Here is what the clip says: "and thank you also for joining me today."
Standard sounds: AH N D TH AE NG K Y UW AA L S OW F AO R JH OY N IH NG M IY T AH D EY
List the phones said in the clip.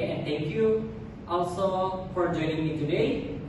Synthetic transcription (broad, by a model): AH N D T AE NG K Y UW AA L S OW F AO R JH OY N IH NG M IY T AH D EY